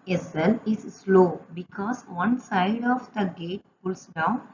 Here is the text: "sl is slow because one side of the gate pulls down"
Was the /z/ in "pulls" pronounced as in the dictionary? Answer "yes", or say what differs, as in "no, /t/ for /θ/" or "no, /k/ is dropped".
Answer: no, /s/ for /z/